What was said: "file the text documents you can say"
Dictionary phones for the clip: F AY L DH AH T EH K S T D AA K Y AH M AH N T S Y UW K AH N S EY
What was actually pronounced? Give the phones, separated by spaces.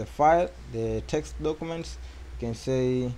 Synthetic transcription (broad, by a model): F AY L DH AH T EH K S T D AA K Y AH M AH N T S K AH N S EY